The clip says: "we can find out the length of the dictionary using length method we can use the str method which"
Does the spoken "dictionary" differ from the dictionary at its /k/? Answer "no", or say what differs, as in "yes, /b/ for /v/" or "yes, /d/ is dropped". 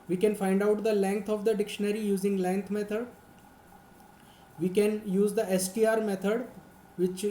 no